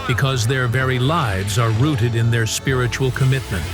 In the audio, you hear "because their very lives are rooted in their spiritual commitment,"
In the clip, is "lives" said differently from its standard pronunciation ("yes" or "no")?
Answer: no